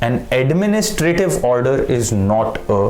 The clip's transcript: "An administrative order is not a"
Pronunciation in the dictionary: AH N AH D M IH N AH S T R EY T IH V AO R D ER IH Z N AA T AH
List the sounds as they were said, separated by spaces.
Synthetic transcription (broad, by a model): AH N AH D M IH N AH S T R EY T IH V AO R D ER IH Z N AA T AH